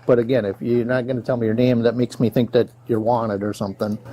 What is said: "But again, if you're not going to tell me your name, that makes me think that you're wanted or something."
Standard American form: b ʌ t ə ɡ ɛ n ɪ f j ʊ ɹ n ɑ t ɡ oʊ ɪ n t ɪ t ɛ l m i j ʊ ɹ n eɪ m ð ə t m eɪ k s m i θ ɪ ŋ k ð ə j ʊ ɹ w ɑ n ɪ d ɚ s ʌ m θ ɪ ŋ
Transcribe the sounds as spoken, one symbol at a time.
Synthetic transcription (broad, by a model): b ʌ t ə ɡ ɛ n ɪ f j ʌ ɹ n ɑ t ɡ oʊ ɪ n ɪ t ɛ l m i j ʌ ɹ n eɪ m ð ə t m eɪ k s m i θ ɪ ŋ k ð ə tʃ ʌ ɹ w ɑ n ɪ d ɚ s ʌ m θ ɪ ŋ